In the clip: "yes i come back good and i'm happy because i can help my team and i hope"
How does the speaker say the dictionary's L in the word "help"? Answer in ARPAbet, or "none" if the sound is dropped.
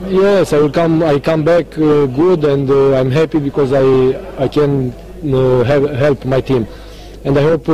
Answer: L